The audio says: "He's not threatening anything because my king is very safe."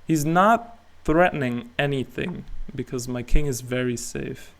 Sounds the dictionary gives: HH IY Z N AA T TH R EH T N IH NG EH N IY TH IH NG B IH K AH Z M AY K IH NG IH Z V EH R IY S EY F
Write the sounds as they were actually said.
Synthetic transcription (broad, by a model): HH IY Z N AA T TH R EH T N IH NG EH N IY TH IH NG B IH K AH Z M AY K IH NG IH Z V EH R IY S EY F